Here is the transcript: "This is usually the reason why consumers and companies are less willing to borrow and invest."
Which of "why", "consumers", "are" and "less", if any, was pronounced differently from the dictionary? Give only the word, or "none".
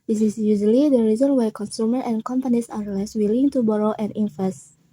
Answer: consumers